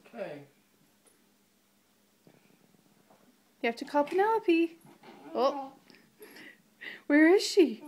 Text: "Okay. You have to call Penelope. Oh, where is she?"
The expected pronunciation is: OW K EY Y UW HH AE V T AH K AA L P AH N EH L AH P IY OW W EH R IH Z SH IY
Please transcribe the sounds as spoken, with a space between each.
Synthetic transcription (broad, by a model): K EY Y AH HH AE F T AH K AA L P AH N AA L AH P IY OW W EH R IH Z SH IY